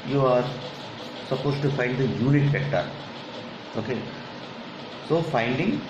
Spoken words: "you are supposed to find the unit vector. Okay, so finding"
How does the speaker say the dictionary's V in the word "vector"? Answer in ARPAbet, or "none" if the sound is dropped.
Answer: F